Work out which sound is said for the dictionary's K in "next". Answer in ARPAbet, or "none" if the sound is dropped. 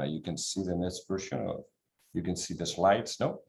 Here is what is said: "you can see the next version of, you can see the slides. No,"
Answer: none